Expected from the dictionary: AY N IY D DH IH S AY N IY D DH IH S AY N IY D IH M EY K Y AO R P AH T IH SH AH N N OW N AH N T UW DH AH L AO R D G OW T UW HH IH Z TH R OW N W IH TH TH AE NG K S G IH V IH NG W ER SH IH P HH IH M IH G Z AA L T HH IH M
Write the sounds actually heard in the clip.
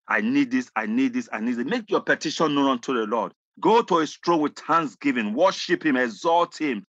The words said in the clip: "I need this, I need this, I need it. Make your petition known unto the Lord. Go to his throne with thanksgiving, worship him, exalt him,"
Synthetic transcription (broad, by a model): AY N IY D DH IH S AY N IY D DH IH S AY N IY D IH M EY K Y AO P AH T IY SH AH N N OW N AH N T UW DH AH L AO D G OW T UW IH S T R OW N W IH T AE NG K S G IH V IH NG W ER SH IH P HH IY M IH G Z AA L T HH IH M